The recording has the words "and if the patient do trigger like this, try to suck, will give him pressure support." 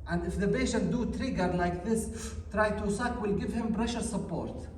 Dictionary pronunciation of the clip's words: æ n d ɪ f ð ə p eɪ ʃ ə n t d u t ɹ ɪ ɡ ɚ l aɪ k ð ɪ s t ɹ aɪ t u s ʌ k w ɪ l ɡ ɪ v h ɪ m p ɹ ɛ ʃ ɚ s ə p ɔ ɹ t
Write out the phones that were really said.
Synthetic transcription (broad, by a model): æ n d ɪ f ð ə b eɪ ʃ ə t d u t ɹ ɪ ɡ ɚ l aɪ k ð ɪ s t ɹ aɪ t u s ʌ k w ɪ l ɡ ɪ v h ɪ m b ɹ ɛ ʃ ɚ s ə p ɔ ɹ t